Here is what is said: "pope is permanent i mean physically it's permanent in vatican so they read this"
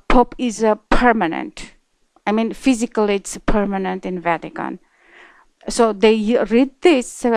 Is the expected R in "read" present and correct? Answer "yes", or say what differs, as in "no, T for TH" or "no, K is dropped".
yes